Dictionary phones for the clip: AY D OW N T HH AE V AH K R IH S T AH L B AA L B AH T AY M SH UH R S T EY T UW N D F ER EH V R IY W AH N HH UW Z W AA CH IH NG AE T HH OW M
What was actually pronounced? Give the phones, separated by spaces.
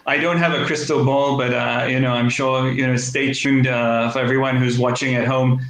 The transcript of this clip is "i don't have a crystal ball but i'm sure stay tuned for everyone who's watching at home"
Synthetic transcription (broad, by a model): AY D OW N T HH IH V AH K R IH S T L B AA L B AH T AY M SH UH R S T EY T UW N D F ER EH V R IY W AH N HH UW Z W AA CH IH NG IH T HH OW M